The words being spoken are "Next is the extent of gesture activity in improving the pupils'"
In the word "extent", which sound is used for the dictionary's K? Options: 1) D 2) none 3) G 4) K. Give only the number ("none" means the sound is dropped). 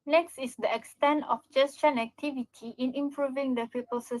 4